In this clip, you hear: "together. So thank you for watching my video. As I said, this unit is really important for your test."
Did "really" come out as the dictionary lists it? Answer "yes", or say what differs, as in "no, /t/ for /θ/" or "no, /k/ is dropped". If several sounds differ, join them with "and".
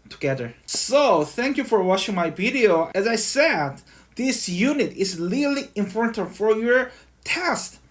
no, /l/ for /ɹ/